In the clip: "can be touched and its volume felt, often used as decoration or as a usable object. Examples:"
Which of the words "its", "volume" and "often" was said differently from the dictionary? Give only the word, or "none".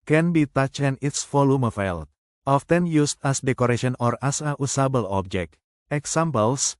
volume